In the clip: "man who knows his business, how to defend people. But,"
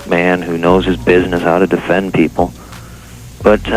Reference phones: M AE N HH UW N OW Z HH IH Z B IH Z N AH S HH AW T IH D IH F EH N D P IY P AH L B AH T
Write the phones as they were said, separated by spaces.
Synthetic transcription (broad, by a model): M AE N HH UW N OW Z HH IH Z B IH Z N AH S HH AW T IH D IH F EH N P IY P L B AH T